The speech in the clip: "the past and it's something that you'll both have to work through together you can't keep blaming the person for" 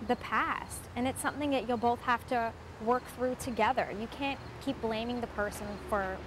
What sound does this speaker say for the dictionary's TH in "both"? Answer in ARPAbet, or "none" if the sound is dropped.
TH